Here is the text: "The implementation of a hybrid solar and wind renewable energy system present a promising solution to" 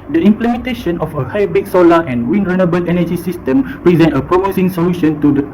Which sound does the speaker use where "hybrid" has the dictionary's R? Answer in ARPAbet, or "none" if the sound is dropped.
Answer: none